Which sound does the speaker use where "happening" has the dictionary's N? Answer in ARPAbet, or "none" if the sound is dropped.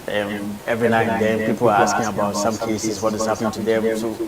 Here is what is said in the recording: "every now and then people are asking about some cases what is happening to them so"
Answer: N